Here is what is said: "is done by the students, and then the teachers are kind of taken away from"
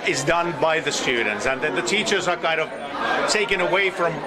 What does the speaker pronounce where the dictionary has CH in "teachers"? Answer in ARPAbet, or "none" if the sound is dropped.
CH